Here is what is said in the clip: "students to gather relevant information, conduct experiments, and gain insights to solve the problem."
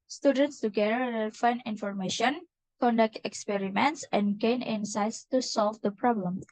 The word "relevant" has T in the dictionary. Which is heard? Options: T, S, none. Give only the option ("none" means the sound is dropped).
none